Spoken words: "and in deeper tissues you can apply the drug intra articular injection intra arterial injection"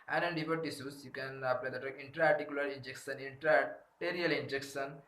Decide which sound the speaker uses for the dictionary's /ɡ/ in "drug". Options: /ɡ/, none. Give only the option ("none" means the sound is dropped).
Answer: none